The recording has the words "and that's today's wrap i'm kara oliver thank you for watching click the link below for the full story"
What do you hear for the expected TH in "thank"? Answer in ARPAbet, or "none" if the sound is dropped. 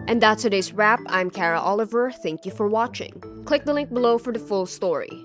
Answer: TH